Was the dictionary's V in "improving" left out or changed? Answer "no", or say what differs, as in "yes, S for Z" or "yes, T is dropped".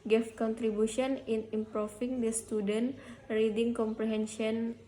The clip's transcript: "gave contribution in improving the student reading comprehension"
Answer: yes, F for V